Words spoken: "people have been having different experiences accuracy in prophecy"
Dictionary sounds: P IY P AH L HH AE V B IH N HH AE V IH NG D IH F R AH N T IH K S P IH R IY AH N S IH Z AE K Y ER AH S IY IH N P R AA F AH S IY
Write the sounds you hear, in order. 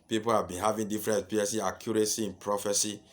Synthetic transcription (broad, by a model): P IY P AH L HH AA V B IH N HH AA V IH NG D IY F R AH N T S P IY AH S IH AA K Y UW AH S IY IH N P R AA F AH S IY